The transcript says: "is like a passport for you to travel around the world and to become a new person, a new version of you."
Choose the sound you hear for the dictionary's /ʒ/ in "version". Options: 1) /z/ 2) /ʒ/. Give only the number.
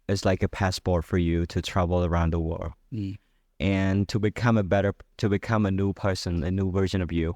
2